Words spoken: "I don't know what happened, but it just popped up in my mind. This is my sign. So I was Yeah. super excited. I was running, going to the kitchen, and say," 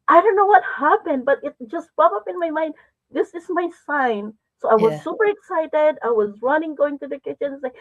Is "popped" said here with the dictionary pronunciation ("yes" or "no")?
no